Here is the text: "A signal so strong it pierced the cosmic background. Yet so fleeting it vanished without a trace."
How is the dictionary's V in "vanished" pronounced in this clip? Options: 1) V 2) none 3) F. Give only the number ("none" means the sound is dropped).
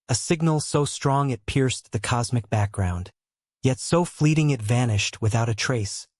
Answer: 1